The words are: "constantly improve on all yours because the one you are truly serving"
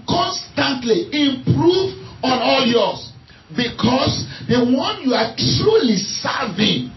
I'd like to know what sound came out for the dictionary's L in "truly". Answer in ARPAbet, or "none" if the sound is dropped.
L